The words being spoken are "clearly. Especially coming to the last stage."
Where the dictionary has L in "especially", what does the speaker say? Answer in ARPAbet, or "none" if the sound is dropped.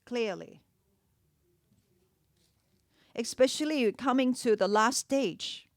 L